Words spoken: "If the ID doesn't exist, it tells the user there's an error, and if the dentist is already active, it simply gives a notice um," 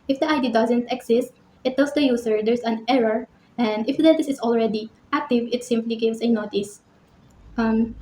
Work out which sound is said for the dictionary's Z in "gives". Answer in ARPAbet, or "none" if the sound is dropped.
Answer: S